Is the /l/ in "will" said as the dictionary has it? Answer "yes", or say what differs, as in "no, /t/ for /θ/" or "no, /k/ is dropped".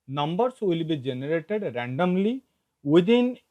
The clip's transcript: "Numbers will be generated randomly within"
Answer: yes